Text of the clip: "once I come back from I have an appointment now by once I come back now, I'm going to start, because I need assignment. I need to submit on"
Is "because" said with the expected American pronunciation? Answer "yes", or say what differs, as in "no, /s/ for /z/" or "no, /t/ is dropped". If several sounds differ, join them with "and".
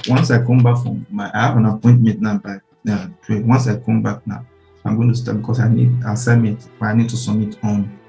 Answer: no, /s/ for /z/